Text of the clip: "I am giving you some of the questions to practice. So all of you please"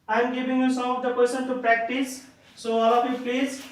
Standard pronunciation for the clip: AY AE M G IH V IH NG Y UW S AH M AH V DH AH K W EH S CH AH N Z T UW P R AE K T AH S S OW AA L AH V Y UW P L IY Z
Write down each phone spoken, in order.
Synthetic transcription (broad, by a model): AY M G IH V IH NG Y UW S AH M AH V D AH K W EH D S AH N T UW P R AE K T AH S S OW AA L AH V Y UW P L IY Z